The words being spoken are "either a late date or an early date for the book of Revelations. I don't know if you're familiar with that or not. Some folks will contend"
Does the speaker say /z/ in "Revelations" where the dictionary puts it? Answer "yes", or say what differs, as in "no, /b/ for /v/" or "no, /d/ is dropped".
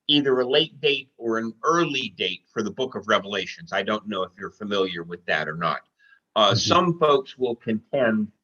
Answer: yes